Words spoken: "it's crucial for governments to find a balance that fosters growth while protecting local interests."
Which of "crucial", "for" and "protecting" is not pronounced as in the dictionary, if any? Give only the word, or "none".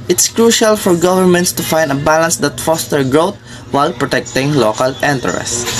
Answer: none